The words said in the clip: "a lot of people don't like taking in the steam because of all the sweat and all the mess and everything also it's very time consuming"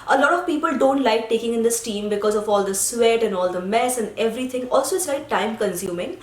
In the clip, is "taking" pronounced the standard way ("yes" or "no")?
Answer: yes